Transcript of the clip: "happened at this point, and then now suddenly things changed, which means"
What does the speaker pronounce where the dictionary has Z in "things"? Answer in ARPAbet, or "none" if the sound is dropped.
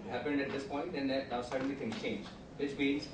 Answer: none